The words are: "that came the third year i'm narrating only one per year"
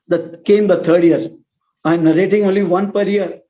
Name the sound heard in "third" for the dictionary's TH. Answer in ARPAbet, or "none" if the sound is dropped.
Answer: T